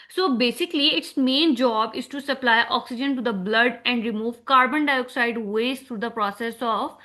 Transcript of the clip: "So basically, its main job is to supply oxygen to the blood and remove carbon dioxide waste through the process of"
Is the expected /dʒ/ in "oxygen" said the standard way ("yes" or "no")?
yes